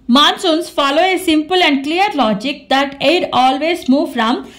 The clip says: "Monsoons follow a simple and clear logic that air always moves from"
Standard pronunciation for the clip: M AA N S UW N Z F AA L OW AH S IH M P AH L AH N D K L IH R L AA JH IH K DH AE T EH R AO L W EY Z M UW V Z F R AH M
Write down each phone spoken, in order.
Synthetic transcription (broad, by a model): M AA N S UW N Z F AA L OW AH S IH M P AH L AH N D K L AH R L AA JH IH K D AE T EH R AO L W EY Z M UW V F R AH M